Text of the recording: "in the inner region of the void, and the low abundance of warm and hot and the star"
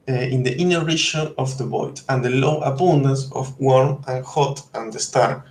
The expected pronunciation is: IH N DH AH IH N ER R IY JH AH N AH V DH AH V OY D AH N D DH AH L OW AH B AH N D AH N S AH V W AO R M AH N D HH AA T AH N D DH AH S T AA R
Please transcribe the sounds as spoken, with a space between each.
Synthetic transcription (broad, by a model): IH N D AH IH N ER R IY SH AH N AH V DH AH B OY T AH N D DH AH L OW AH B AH N D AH N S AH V W AO R M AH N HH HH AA T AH N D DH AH S T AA R